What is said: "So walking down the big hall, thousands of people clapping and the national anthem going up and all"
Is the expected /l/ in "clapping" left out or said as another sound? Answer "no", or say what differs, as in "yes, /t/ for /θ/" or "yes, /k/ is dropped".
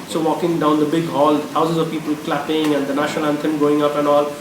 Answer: no